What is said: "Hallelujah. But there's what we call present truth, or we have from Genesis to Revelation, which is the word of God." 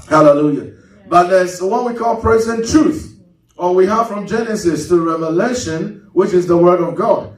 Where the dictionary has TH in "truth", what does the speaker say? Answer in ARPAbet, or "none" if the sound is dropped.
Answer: TH